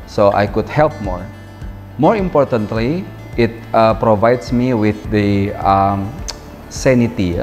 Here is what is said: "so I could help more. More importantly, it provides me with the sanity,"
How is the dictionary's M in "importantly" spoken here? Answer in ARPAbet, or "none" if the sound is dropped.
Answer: M